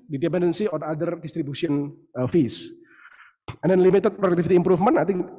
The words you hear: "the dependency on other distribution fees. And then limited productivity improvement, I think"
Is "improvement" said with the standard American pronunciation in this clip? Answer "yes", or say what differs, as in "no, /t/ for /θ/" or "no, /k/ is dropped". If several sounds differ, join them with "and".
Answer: no, /f/ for /v/ and /t/ is dropped